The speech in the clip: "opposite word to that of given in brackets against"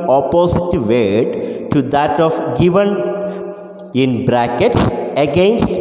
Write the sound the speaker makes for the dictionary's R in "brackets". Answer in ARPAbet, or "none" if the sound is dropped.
R